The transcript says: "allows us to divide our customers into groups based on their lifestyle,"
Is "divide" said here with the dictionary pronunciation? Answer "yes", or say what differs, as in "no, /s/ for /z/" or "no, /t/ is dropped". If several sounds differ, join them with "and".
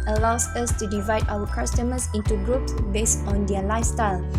yes